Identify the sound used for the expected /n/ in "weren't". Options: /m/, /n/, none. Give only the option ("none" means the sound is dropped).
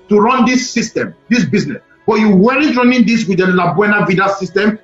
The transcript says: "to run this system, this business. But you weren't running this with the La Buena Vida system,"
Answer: none